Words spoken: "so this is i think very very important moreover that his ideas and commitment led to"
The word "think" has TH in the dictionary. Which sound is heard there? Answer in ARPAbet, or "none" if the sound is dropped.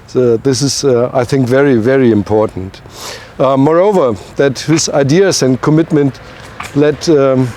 TH